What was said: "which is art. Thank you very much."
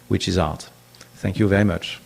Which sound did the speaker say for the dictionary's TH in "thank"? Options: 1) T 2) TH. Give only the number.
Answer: 2